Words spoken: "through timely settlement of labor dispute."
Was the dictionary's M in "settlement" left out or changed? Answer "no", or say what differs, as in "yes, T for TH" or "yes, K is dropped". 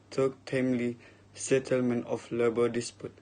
no